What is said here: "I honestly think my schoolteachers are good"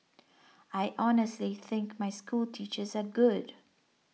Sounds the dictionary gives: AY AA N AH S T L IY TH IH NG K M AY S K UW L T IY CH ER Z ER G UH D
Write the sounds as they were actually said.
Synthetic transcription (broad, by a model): AY AA N AH S T L IY TH IH NG K M AY S K UW L T IY CH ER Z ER G UH D